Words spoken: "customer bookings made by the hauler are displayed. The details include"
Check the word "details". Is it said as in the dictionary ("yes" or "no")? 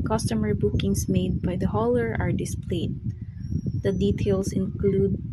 no